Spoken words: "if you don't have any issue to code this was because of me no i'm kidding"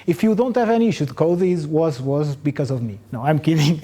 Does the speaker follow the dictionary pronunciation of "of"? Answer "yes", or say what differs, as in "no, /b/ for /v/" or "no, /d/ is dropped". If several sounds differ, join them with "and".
yes